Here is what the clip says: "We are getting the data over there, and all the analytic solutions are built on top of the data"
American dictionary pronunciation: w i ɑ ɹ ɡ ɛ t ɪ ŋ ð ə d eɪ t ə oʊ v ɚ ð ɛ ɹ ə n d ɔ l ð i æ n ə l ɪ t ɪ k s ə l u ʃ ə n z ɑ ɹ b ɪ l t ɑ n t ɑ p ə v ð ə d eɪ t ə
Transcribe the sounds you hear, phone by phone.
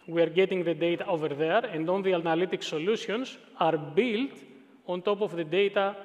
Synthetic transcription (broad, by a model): w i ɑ ɹ ɡ ɛ t ɪ ŋ ð ə d eɪ t ə oʊ v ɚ ð ɛ ɹ ə n d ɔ n ð i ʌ n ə l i t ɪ k s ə l u s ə n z ɑ ɹ b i l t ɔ n t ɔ p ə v ð ə d eɪ t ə